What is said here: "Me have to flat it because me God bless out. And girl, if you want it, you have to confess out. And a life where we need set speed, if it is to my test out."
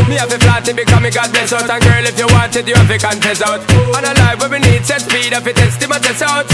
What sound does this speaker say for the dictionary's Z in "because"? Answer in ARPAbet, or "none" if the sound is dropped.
none